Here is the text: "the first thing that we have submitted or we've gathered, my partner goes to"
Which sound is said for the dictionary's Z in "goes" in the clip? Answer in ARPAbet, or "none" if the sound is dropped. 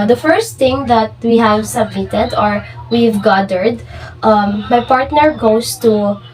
S